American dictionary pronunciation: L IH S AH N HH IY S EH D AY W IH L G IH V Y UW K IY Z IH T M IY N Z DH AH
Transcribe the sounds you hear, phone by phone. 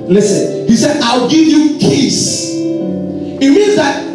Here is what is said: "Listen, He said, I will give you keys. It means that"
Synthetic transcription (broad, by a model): L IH S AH N HH IY S EH D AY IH L G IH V Y UW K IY S IH T M IY N Z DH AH